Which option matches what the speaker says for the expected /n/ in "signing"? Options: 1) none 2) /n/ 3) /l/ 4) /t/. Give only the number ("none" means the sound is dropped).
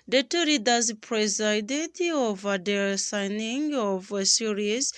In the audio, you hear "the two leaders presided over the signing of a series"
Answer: 2